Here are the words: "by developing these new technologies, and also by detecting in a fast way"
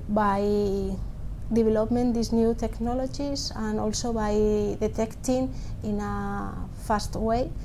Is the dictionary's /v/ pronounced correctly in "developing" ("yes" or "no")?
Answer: no